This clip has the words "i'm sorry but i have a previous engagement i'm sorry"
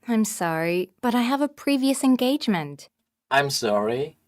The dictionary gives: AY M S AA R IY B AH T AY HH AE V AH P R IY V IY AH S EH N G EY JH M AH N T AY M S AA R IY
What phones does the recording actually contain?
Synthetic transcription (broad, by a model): AY M S AA R IY B AH T AY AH V AH P R IY V IY AH S EH N G EY JH M AH N T AY M S AA R IY